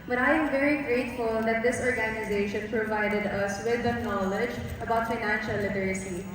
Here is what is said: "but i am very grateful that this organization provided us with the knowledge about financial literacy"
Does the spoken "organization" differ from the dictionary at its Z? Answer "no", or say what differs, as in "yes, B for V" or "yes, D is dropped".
no